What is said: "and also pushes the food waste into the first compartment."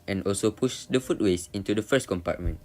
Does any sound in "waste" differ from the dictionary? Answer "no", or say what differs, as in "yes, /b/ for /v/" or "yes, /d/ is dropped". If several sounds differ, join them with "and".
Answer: yes, /t/ is dropped